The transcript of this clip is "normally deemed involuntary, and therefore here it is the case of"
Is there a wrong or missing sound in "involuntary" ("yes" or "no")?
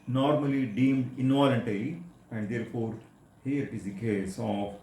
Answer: yes